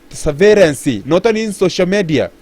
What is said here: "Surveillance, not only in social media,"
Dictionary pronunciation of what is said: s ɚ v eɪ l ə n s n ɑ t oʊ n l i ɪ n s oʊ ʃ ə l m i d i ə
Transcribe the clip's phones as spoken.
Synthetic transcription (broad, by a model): s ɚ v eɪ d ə n s n ɑ t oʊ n i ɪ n s oʊ ʃ ə l m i d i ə